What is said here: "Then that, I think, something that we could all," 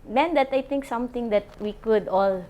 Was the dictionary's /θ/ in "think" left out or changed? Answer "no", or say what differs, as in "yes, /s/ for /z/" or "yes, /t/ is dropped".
yes, /t/ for /θ/